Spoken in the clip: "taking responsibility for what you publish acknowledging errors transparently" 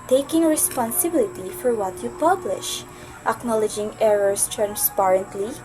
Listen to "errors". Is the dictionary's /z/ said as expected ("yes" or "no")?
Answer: no